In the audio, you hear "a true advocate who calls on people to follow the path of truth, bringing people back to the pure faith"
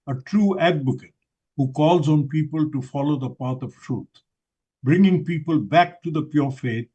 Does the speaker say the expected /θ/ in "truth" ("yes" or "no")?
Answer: no